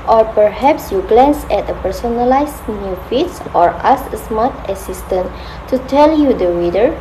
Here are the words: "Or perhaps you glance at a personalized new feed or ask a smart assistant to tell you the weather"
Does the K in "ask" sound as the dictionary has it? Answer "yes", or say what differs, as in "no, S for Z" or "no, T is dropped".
no, K is dropped